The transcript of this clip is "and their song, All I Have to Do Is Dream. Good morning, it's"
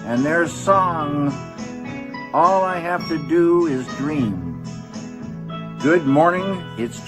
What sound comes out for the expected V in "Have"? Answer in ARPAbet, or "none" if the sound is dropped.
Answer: F